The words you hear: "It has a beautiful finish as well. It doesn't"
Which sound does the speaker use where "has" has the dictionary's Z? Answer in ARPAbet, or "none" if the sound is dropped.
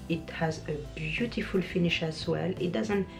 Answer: Z